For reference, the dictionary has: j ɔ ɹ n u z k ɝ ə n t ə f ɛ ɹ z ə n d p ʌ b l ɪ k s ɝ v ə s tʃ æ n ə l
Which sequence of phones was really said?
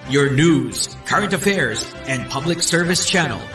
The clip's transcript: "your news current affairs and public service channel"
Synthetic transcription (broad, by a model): j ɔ ɹ n u z k ɝ ə n t ə f ɛ ɹ z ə n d p ʌ b l ɪ k s ɝ v ə s tʃ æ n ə l